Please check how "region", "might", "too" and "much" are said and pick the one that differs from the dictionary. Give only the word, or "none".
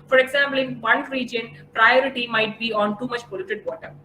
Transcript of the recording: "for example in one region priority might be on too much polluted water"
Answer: none